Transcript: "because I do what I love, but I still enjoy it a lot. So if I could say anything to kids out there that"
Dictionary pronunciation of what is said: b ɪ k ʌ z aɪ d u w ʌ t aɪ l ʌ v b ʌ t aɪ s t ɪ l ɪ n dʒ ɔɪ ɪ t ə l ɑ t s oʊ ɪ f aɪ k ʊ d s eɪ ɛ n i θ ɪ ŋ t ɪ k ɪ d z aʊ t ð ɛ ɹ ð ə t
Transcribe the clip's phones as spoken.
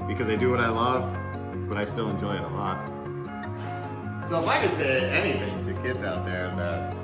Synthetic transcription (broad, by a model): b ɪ k ʌ z aɪ d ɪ w ʌ t aɪ l ʌ v b ʌ t aɪ s t ɪ l ɪ n dʒ ɔɪ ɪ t ə l ɑ t s oʊ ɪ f aɪ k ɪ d s eɪ ɛ n i θ ɪ ŋ t ɪ k ɪ d z aʊ t ð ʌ ɹ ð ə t